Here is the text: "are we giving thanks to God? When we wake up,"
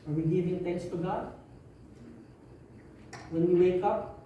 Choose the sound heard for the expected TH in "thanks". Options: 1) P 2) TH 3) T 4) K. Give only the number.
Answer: 3